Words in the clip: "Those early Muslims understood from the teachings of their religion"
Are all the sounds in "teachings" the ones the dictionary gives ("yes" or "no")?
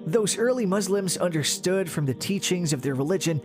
yes